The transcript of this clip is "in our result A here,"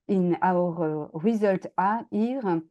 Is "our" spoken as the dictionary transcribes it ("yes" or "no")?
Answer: yes